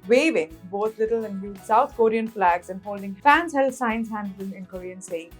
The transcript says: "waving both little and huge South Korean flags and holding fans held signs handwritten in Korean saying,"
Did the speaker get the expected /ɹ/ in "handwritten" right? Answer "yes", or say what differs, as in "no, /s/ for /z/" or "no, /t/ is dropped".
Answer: no, /l/ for /ɹ/